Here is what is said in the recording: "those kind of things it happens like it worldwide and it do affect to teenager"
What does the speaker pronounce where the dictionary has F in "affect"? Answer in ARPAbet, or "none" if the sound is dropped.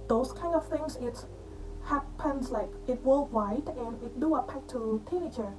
P